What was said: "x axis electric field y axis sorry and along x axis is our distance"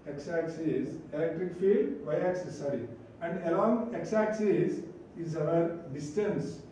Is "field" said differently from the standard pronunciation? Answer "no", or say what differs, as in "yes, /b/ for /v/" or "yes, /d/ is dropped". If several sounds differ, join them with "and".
yes, /l/ is dropped